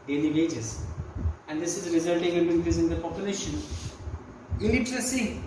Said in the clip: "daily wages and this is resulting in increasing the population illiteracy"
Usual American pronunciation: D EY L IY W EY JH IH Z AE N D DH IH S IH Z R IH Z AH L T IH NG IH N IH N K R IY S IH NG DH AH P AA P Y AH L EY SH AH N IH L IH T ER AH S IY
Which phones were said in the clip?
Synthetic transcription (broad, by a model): D EY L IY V EY JH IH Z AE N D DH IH S IH Z R IH Z AH L T IH NG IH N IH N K IY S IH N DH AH P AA P Y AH L EY SH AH N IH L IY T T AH S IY